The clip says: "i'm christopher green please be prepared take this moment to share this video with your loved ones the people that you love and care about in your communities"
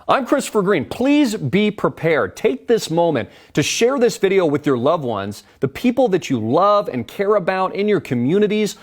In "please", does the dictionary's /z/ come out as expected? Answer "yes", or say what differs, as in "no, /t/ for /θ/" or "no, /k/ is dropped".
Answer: yes